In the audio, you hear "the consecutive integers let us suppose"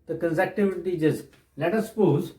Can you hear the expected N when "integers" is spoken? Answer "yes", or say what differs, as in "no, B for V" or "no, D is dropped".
no, N is dropped